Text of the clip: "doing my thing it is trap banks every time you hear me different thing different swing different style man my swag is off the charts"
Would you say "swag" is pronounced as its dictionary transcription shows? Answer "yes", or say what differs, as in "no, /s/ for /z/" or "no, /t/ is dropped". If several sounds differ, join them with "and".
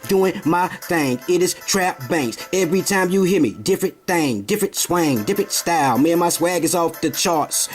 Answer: yes